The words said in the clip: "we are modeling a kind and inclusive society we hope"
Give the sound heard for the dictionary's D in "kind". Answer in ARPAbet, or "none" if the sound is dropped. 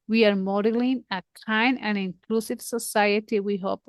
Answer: none